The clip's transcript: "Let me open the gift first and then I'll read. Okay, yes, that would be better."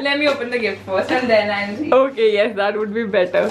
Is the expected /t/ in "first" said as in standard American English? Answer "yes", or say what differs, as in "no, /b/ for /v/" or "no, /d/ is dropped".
no, /t/ is dropped